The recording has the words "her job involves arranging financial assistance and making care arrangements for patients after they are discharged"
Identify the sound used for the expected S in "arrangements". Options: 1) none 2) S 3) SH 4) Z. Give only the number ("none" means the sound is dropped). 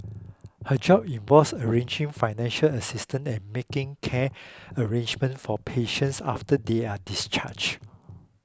1